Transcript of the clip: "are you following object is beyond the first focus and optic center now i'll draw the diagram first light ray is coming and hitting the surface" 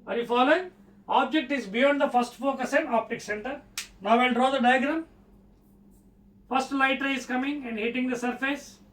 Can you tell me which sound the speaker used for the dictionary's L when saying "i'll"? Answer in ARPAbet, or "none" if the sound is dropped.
N